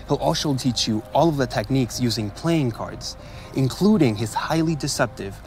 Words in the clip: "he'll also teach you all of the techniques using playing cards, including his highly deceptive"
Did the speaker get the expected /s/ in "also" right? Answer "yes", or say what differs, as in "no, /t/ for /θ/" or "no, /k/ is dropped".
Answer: no, /ʃ/ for /s/